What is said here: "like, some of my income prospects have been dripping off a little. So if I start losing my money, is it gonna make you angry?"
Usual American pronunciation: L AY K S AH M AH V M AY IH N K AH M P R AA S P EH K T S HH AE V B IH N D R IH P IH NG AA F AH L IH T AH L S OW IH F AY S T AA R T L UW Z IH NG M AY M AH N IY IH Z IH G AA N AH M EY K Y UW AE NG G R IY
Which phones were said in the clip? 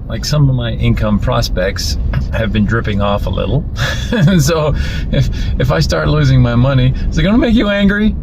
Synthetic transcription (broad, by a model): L AY K S AH M AH V M AY IH N K AH M P R AA S P EH K T S HH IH V B IH N D R IH P IH NG AA F AH L IH T L S OW IH F AY S T AA R T L UW Z IH NG M AY M AH N IY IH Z IH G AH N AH M EY K Y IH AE NG G R IY